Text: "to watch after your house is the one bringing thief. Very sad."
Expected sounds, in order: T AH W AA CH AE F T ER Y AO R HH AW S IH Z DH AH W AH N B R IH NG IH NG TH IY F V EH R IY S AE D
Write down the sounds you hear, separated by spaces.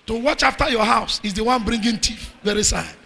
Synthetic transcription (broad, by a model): T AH W AA CH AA F T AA Y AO HH AW S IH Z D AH W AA N B R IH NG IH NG T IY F V EH R IY S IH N